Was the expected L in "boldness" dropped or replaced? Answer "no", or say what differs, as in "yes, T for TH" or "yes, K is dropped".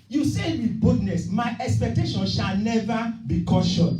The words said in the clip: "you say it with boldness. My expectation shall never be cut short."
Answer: yes, L is dropped